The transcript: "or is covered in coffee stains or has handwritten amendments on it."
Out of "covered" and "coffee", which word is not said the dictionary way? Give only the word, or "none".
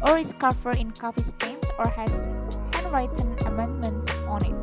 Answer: covered